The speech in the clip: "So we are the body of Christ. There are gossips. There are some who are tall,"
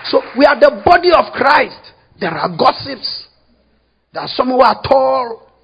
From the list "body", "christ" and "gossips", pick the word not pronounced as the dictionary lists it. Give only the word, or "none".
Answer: none